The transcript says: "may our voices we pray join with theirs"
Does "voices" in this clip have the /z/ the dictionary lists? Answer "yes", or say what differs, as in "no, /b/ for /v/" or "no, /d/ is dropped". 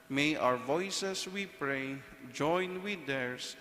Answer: no, /s/ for /z/